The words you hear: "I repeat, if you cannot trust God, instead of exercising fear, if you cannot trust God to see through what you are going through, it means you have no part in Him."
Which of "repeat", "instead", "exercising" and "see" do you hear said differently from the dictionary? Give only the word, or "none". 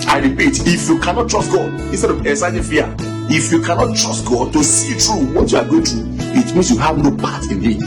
exercising